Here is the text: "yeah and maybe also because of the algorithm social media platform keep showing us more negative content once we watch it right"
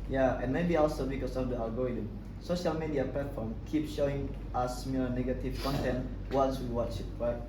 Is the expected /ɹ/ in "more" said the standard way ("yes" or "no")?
no